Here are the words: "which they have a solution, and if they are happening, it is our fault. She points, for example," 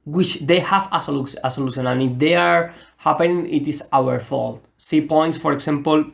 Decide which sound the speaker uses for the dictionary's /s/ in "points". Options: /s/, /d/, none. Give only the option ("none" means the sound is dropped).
/s/